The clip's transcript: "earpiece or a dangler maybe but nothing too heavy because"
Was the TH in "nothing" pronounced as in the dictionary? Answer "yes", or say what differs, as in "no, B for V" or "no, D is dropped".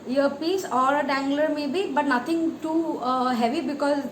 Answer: no, T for TH